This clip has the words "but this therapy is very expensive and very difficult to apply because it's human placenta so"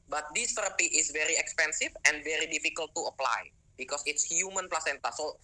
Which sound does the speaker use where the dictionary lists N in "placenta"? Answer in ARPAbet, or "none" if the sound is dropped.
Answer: N